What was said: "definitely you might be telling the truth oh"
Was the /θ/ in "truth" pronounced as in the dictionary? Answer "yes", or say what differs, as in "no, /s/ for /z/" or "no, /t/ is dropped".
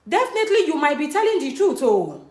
no, /t/ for /θ/